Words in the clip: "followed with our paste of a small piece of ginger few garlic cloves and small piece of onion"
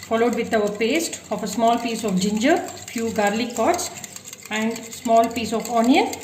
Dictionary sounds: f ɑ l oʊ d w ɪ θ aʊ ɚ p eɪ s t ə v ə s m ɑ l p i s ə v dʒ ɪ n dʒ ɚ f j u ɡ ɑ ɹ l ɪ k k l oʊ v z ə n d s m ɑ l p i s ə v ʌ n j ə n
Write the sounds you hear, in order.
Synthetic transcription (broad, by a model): f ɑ l oʊ d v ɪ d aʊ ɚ p eɪ s t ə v ə s m ɑ l p i s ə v dʒ ɪ n dʒ ɚ f j u ɡ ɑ ɹ l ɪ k k oʊ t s ə n d s m ɑ l p i s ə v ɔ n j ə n